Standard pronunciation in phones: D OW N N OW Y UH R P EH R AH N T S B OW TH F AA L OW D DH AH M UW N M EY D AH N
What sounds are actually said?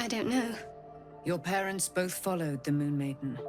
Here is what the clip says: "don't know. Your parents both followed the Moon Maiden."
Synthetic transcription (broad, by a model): D OW N N OW Y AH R P EH R AH N T S B OW TH F AA L OW D DH AH M UW N M EY D N